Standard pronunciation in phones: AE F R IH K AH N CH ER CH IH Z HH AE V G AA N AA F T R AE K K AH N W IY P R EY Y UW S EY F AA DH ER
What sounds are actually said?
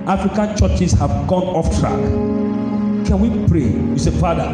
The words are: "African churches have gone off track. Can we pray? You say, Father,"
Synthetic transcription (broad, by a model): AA F R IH K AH N CH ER CH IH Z HH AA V G AA N AA F T R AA K K AH N W IY P R EY Y UW S EY F AA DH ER